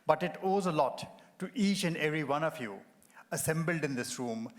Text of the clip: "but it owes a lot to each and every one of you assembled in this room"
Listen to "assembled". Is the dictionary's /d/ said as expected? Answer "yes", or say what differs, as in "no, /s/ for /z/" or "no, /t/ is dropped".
yes